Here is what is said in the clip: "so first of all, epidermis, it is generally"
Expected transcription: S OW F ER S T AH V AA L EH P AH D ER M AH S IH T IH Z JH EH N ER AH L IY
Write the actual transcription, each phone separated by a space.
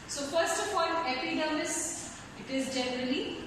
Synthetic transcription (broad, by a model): S OW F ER S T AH P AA N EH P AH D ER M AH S IH T IH Z JH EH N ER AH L IY